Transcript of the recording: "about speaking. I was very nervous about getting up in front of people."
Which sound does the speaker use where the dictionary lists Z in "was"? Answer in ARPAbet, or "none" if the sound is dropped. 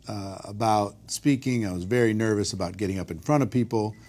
Z